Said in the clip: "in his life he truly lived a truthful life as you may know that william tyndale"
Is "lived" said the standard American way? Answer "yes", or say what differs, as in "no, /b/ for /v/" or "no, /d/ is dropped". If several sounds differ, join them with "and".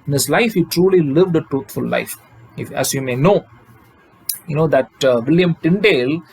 yes